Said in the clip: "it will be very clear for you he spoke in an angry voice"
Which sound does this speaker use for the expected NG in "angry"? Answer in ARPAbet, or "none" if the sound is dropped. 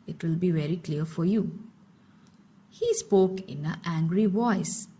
NG